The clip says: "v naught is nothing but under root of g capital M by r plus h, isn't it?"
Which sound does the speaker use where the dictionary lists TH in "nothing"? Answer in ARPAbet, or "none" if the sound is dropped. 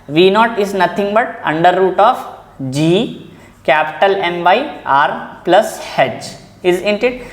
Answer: T